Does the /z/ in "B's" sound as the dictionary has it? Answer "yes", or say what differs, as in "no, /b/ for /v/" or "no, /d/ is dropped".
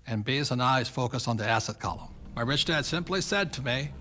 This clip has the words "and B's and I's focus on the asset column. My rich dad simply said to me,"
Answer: yes